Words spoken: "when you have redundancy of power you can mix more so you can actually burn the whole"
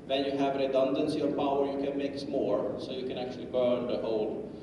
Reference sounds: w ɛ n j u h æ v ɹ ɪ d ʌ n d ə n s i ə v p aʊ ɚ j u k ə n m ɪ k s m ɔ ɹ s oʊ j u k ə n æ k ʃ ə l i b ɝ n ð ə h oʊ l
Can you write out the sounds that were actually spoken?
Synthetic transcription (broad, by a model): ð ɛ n j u h æ v ɹ ɪ d ʌ n d ə n s i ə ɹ p aʊ ɚ j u k ə n m ɪ k s m ɔ ɹ s oʊ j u k ə n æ k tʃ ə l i b ɝ n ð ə h oʊ l